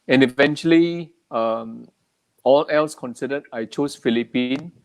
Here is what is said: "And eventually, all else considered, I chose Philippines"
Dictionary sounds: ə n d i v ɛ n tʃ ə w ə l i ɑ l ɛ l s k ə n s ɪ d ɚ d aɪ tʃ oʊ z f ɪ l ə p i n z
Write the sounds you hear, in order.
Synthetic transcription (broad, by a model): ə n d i v ɛ n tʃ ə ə l i ɑ l ɛ l s k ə n s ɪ d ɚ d aɪ tʃ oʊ s f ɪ l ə p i n